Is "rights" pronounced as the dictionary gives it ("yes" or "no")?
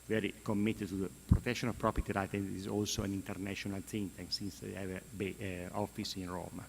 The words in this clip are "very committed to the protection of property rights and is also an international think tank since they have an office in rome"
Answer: no